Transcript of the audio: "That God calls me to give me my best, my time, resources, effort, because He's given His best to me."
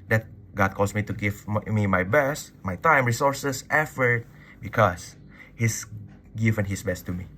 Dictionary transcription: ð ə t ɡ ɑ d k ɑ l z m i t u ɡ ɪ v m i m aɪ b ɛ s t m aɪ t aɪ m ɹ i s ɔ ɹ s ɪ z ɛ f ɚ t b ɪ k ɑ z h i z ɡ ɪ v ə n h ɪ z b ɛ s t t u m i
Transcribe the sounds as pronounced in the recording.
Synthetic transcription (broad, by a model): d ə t ɡ ɑ d k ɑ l s m i t u ɡ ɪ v m i m aɪ b ɛ s t m aɪ t aɪ m ɹ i s ɔ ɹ s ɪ s ɛ f ɚ t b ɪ k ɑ s h i s ɡ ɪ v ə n h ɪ s b ɛ s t t u m i